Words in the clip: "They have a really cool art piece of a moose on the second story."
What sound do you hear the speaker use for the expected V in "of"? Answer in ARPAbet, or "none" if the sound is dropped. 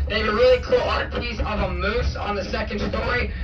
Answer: V